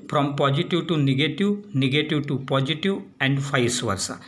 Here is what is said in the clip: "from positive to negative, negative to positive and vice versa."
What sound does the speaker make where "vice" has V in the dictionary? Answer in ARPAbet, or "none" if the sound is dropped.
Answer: F